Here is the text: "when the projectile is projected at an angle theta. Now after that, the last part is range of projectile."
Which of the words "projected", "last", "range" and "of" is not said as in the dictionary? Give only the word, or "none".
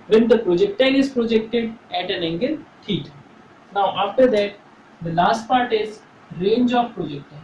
of